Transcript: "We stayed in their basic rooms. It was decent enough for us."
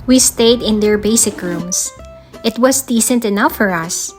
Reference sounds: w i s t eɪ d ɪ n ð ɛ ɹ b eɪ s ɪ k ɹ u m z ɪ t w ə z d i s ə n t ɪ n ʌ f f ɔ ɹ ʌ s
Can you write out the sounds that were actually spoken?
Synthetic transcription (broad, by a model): w i s t eɪ d ɪ n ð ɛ ɹ b eɪ s ɪ k ɹ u m s ɪ t w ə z d i s ə n t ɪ n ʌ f f ɔ ɹ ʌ s